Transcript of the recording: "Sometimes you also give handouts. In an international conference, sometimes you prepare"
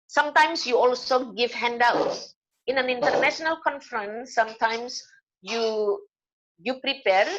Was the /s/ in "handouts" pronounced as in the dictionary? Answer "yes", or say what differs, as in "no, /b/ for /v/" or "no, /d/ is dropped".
no, /s/ is dropped